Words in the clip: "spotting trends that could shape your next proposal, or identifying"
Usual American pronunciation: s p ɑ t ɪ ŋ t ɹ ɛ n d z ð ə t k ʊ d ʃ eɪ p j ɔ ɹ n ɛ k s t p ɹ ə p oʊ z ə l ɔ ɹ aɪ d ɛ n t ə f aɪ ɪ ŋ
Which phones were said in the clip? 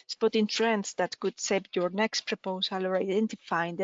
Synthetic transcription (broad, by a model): s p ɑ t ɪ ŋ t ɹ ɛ n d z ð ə t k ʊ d s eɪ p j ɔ ɹ n ɛ k s t p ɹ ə p oʊ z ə l ɔ ɹ aɪ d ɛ n t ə f aɪ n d